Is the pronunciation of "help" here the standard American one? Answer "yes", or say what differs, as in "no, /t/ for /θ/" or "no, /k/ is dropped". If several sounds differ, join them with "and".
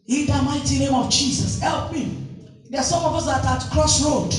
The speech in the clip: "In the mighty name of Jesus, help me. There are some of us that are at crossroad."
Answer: yes